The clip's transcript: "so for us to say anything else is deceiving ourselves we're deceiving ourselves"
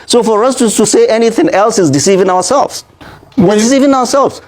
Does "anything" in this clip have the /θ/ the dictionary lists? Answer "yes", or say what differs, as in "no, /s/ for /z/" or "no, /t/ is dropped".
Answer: yes